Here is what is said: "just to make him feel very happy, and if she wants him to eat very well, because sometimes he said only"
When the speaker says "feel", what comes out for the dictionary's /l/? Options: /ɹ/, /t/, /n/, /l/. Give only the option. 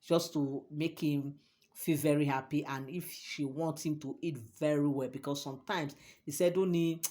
/l/